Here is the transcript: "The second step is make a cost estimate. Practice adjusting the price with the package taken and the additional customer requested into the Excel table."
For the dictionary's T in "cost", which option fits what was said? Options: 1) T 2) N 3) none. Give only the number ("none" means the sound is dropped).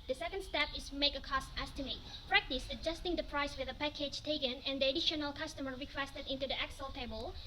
1